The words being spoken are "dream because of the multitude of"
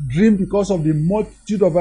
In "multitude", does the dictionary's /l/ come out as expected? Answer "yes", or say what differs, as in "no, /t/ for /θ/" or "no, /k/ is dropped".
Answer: no, /l/ is dropped